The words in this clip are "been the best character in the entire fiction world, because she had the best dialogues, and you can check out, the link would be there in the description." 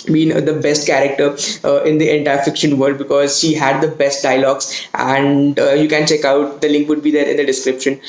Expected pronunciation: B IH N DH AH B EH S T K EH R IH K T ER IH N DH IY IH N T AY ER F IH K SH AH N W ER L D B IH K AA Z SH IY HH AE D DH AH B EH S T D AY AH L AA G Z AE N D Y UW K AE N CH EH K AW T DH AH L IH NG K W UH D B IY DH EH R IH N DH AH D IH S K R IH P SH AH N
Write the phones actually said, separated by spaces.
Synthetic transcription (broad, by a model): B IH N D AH B EH S T K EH R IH K T ER IH N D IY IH N T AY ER F IH K SH AH N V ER D B IH K AA Z SH IY HH AE D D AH B EH S T D AY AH L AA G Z AE N D Y UW K AE N CH EH K AW T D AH L IH NG K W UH D B IY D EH R IH N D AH D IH S K R IH P SH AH N